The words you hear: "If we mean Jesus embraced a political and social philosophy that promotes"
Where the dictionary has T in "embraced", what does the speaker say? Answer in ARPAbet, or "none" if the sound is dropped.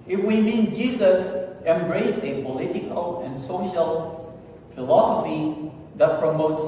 none